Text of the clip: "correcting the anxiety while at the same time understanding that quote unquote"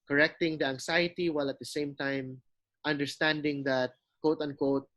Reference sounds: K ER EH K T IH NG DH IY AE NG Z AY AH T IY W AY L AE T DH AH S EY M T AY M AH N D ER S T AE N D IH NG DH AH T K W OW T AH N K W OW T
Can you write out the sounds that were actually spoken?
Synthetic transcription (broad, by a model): K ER EH K T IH NG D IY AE NG S AY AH T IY W AY L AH T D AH S EY M T AY M AH N D ER S T AE N D IH NG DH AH T K OW T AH N K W OW T